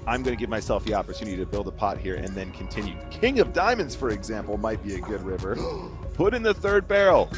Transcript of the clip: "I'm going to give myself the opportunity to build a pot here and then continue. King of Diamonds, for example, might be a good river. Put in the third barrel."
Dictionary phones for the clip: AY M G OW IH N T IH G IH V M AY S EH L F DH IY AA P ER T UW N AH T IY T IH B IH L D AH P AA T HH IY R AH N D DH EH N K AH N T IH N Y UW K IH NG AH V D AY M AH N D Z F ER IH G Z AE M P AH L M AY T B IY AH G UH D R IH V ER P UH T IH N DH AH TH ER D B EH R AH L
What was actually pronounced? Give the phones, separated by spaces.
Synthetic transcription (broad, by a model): AY M G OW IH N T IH G IH V M AY S EH L F DH IY AA P ER T UW N AH T IY T IH B IH L D AH P AA T HH IY R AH N DH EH N K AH N T IH N Y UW K IH NG AH V D AY M AH N D Z F ER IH G Z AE M P L M AY T B IY AH G UH D R IH V ER P UH T IH N DH AH TH ER D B EH R L